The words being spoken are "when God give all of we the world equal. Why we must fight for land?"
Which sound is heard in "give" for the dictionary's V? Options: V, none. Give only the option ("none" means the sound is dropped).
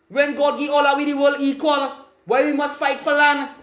none